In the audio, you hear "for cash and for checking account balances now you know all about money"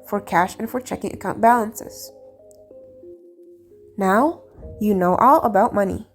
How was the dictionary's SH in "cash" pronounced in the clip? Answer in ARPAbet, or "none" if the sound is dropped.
SH